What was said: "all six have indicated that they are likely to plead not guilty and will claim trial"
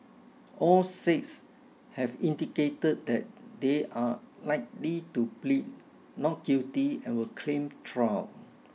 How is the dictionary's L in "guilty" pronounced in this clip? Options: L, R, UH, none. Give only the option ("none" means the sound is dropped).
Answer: none